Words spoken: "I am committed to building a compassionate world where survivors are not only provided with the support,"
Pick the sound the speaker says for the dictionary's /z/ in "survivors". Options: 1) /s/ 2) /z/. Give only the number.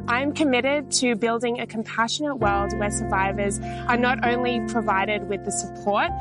2